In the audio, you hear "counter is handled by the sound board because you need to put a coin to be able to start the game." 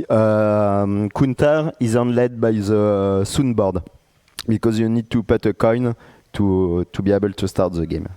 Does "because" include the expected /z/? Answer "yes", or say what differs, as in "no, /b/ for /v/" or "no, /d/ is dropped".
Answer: yes